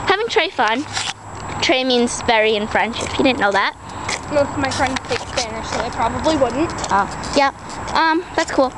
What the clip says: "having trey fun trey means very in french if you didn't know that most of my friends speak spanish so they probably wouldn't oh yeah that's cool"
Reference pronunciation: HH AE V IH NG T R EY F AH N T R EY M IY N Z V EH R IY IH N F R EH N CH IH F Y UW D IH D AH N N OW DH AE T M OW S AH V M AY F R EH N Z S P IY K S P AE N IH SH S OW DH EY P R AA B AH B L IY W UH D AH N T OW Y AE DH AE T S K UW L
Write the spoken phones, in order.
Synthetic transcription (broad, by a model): HH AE V IH NG T R EY F AH N T R EY M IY N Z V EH R IY IH N F R EH N SH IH P Y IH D IH D N N OW DH AE T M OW AH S M AY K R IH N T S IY K S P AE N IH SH S OW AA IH P R AA B AH B L IY W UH D N T OW Y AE DH AE T S K UW L